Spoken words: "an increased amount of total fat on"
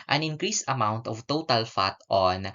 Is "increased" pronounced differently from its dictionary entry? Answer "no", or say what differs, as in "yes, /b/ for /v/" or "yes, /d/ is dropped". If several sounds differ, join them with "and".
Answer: yes, /t/ is dropped